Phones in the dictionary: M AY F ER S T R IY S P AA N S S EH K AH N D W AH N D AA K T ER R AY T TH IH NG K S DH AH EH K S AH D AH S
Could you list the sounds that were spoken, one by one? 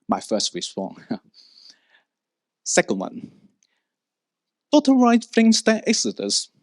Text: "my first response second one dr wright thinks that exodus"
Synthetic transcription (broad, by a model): M AY F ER S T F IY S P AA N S S EH K AH N D W AH N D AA T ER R AY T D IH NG S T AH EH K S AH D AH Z